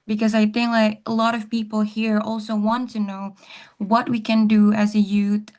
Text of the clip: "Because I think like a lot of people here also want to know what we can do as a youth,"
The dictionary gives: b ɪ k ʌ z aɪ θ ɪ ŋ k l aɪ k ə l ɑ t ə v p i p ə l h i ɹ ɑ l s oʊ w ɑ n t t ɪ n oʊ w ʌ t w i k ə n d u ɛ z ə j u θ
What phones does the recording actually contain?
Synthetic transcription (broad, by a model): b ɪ k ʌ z aɪ θ ɪ ŋ k l aɪ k ə l ɑ t ə v p i p l h i ɹ ɑ l s oʊ w ɑ n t t ɪ n oʊ w ʌ t w i k ə n d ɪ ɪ z ə j u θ